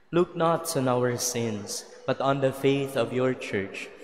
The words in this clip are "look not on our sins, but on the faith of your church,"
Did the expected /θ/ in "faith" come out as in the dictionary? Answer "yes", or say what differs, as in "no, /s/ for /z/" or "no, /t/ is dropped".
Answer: yes